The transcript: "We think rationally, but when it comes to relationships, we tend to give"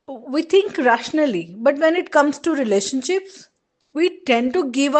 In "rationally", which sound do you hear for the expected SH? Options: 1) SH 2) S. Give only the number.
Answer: 1